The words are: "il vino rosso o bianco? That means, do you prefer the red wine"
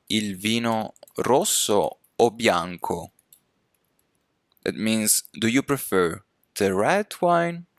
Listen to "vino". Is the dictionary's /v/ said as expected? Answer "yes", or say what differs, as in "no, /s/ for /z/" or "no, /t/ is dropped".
yes